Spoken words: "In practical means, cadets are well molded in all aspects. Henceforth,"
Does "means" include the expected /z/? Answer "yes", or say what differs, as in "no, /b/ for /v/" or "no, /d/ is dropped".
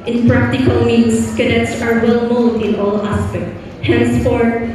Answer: no, /s/ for /z/